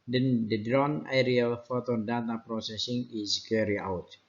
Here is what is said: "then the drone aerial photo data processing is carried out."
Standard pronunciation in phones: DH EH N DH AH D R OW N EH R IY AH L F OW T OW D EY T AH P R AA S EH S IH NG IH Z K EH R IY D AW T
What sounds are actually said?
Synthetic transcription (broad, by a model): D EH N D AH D R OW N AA R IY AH L F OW T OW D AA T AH P R AA S EH S IH NG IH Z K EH R IY AW T